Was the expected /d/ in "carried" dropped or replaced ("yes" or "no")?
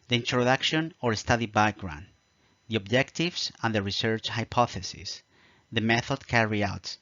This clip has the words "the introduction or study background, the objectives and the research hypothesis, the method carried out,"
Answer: yes